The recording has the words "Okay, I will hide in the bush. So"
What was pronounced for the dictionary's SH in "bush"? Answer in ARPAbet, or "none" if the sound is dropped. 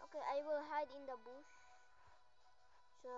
S